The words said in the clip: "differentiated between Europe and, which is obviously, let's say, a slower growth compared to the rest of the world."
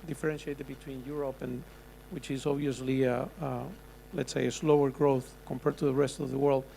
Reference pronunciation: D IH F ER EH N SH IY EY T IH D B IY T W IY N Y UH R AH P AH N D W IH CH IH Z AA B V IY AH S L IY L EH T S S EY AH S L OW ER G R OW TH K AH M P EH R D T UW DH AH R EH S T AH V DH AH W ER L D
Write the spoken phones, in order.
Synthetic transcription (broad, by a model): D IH F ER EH N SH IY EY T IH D B IY T W IY N Y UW R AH P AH N W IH CH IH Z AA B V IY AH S L IY L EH T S S EY AH S L OW ER G R OW TH K AH M P EH R D T UW DH AH R EH S T AH V DH AH W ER L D